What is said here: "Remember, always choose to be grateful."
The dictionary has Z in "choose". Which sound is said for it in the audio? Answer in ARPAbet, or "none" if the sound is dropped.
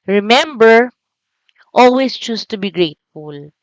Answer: S